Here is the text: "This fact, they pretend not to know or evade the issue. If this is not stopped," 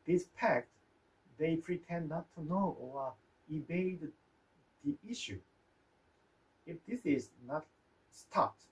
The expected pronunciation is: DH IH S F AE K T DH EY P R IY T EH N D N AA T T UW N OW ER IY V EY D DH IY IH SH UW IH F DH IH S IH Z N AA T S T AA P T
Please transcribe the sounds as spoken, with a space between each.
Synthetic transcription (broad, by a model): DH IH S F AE K T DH EY P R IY T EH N N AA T T UW N OW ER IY B EY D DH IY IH SH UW IH F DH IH S IH Z N AA T S T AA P T